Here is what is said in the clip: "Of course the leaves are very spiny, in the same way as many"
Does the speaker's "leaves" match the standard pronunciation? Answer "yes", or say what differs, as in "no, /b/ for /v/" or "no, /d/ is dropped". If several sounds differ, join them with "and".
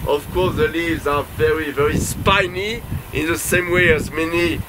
yes